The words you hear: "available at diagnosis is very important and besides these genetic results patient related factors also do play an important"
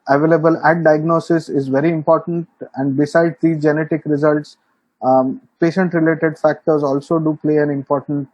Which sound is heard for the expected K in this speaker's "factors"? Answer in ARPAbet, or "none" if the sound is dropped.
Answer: K